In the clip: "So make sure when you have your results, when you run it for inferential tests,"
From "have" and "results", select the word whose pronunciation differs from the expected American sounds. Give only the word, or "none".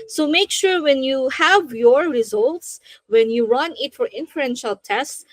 none